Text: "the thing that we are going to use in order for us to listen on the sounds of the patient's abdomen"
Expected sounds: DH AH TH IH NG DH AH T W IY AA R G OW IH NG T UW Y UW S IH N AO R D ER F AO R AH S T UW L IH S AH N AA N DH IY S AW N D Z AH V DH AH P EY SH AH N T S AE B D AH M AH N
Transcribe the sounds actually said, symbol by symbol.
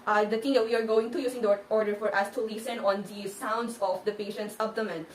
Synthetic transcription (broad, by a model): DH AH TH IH NG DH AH T W IY AA R G OW IH NG T UW Y UW S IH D AO R D ER F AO R AH S T UW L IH S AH N AA N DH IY S AW N D S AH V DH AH P EY SH AH N T S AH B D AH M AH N